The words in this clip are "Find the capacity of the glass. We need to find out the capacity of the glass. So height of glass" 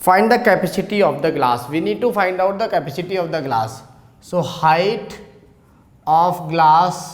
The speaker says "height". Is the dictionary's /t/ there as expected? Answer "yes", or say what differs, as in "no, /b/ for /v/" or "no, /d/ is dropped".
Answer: yes